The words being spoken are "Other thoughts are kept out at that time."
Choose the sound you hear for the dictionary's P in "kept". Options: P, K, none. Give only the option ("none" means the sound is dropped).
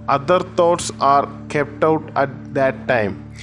P